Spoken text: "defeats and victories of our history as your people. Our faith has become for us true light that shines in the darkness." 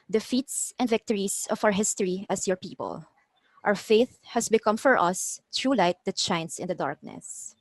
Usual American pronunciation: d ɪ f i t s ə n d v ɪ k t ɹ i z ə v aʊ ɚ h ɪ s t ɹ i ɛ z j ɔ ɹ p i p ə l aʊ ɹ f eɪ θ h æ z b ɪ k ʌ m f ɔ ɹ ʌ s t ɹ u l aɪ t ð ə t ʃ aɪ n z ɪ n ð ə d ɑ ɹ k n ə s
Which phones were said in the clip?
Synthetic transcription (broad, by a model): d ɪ f i t s ə n d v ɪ k t ɹ i s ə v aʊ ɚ h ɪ s t ɹ i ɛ s j ɔ ɹ p i p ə l aʊ ɹ f eɪ θ h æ s b ɪ k ʌ m f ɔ ɹ ʌ s t ɹ u l aɪ t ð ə t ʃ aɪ n s ɪ n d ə d ɑ ɹ k n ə s